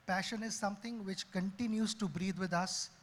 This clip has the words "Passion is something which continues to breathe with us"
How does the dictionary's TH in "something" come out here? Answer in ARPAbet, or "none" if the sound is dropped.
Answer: T